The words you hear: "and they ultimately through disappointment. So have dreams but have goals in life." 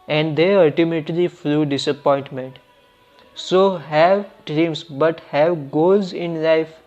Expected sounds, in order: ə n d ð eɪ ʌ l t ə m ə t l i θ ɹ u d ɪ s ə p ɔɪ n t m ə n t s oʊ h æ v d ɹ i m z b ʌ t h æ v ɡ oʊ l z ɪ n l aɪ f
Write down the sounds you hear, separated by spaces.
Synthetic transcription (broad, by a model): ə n d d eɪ ʌ l t ə m ə t l i f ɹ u d ɪ s ə p ɔɪ n t m ə n t s oʊ h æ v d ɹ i m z b ʌ t h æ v ɡ oʊ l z ɪ n l aɪ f